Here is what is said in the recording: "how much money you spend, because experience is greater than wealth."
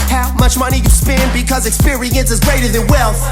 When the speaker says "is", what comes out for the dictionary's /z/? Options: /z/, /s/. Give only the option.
/z/